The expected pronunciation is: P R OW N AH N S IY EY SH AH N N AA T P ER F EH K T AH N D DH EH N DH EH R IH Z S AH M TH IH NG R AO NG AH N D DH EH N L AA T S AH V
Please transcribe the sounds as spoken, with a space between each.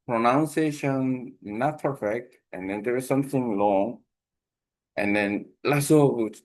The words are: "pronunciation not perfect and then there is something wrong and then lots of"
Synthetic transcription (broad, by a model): P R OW N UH N S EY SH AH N N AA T P ER F EH K T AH N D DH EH N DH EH R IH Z S AH M TH IH NG L AO NG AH N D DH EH N L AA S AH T